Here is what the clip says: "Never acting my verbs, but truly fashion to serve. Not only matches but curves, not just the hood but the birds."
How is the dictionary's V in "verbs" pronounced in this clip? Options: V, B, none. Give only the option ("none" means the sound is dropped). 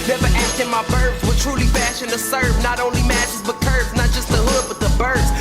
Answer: B